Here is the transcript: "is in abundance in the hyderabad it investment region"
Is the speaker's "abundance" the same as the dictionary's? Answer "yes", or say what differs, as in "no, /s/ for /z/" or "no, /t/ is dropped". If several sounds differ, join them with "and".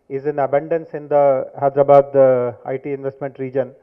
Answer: yes